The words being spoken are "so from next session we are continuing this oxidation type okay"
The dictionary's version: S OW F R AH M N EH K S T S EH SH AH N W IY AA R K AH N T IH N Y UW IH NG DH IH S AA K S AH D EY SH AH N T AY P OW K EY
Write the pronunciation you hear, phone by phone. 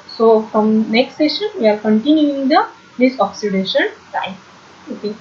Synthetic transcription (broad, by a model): S OW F R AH M N EH K S T S EH SH AH N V IY AA R K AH N T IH N Y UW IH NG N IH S AA K S AH D EY SH AH N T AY OW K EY